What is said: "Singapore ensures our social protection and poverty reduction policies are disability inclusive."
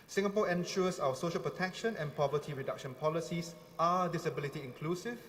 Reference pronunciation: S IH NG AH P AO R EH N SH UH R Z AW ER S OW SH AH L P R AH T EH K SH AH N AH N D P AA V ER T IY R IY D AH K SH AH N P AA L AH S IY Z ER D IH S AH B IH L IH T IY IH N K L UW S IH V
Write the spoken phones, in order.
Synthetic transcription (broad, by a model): S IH NG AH P AO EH N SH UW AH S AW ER S OW SH AH L P R AH T EH K SH AH N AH N P AA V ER T IY R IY D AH K SH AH N P AA L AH S IY S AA D IH S AH B IH L IH T IY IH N K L UW S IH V